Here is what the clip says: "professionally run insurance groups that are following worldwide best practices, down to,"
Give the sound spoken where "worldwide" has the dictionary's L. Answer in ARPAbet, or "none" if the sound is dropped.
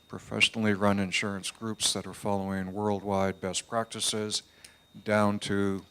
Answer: L